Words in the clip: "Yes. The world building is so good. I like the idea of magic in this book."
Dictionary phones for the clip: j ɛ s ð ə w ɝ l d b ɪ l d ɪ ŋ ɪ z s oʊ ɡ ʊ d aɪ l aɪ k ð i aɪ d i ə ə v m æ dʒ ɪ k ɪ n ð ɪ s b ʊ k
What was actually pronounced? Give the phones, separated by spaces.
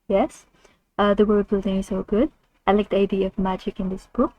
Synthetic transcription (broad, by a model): j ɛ s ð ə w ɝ d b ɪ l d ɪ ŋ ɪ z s oʊ ɡ ʊ d aɪ l aɪ k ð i aɪ d i ə ə v m æ dʒ ɪ k ɪ n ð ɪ s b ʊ k